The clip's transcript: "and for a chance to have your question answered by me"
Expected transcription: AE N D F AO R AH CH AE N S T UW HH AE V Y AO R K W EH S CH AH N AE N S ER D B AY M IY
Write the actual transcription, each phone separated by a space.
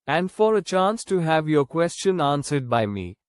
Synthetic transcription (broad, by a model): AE N D F AO R AH CH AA N S T UW HH AE V Y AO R K W EH S CH AH N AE N S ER D B AY M IY